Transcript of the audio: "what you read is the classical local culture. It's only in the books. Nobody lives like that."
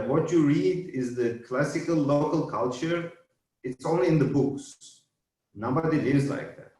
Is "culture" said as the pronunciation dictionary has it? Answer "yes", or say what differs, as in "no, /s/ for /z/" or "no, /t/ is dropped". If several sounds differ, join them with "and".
yes